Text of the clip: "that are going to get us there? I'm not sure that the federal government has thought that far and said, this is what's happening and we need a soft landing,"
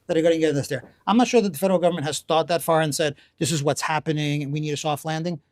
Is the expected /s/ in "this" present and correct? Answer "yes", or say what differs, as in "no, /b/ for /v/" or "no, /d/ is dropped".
yes